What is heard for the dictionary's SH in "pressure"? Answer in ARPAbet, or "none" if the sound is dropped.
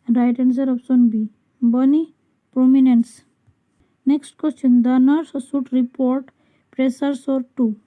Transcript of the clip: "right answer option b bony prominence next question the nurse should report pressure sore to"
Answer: S